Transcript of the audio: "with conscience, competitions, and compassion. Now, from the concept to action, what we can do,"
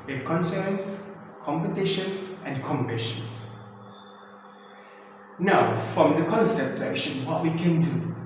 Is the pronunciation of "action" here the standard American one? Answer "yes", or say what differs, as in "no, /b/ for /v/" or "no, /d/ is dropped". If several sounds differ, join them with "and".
no, /l/ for /n/